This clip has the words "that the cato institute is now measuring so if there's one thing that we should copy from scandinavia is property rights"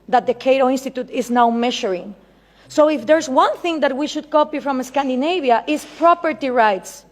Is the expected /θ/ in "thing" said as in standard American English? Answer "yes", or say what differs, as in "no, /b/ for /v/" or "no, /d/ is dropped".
yes